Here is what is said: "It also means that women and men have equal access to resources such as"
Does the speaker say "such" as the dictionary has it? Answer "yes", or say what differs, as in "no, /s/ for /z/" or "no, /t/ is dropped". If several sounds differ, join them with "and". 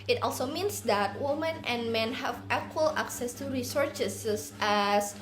no, /s/ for /tʃ/